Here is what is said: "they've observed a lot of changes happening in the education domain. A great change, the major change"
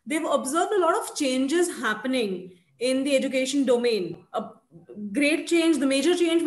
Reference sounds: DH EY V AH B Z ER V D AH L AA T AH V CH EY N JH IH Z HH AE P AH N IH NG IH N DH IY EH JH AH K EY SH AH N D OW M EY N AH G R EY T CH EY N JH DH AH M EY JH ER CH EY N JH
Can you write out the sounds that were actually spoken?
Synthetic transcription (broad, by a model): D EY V AH B Z ER V D AH L AA T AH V CH EY N JH IH Z HH AE P AH N IH NG IH N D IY EH JH AH K EY SH AH N D OW M EY N AH G R EY T CH EY N JH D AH M EY JH ER CH EY N JH